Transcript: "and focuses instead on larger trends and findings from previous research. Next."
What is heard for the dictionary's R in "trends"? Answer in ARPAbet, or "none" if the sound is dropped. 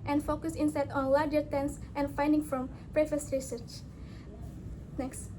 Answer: none